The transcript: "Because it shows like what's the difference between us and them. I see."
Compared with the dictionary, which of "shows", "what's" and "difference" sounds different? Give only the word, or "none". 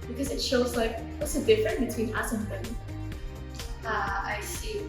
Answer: difference